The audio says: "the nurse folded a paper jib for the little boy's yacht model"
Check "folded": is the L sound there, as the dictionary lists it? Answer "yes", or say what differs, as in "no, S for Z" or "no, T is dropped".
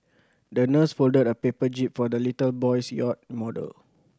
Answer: yes